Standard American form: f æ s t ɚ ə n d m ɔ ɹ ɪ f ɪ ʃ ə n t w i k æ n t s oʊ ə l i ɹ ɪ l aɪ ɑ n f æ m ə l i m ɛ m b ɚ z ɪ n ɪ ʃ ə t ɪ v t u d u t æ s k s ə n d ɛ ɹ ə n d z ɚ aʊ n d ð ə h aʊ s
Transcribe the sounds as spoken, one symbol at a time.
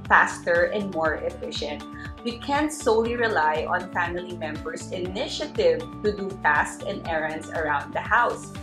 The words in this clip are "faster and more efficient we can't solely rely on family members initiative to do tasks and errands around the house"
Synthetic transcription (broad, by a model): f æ s t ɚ ə n d m ɔ ɹ ɪ f ɪ ʃ ə n t w i k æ n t s oʊ ə l i ɹ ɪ l aɪ ɑ n f æ m ə l i m ɛ m b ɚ s ɪ n ɪ ʃ ə t ɪ v t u d u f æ s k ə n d ɛ ɹ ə n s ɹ aʊ n d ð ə h aʊ s